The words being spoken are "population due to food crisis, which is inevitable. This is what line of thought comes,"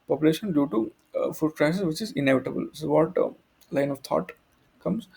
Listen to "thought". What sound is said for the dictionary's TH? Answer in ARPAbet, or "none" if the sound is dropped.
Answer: T